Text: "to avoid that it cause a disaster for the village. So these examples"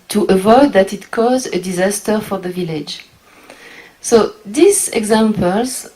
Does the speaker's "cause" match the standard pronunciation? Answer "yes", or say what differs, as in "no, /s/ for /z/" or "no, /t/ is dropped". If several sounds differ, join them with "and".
yes